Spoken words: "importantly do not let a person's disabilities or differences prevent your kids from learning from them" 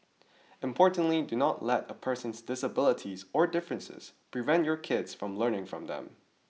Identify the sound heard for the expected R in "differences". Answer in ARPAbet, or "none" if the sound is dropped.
R